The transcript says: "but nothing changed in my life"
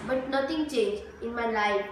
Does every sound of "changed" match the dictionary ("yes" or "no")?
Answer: no